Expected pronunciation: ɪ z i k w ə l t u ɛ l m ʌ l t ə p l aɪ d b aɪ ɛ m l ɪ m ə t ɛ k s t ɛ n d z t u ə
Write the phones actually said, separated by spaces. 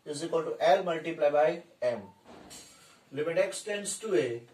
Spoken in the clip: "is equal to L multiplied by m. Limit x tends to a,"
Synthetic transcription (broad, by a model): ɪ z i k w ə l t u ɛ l m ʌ l t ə p l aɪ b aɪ ɛ m l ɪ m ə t ɛ k s t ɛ n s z t u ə